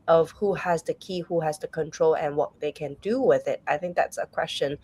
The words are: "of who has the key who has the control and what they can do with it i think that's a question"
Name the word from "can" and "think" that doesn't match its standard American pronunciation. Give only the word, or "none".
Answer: none